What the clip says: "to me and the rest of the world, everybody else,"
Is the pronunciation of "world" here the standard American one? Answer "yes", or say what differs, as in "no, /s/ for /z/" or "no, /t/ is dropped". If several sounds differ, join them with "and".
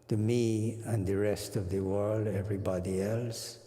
yes